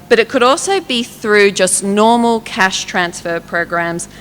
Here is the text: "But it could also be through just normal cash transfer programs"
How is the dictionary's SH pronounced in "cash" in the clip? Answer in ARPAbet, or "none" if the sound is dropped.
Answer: SH